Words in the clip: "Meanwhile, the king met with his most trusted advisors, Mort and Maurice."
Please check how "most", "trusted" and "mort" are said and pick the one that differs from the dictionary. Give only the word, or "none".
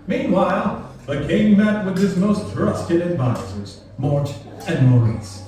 none